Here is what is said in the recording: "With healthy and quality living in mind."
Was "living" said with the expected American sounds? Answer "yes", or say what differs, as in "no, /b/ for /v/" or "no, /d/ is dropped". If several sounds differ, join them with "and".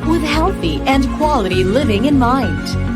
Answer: yes